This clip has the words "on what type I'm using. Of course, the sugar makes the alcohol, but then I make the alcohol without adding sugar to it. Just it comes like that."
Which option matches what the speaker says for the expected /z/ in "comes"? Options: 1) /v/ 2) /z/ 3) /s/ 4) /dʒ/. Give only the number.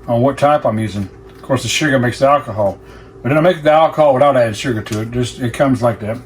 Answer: 2